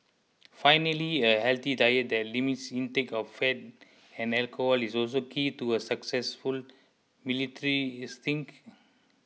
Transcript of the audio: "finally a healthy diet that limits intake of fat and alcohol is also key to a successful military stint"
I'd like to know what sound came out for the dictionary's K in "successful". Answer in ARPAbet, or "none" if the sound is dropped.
K